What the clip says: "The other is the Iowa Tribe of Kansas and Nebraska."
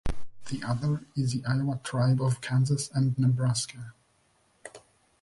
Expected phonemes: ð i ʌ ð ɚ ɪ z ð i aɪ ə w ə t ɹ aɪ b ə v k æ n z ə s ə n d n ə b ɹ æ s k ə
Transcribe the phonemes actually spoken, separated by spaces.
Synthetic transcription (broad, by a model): ð i ʌ ð ɚ ɪ z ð i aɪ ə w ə t ɹ aɪ b ə v k æ n z ə s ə n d n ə b ɹ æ s k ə